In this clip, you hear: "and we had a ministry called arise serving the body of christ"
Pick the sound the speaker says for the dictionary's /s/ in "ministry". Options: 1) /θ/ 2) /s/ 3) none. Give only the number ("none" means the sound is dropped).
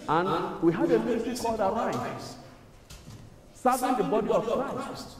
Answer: 3